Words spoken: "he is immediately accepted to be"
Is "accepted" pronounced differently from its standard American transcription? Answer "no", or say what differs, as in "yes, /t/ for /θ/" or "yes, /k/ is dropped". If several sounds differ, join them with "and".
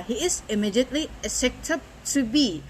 yes, /k/ is dropped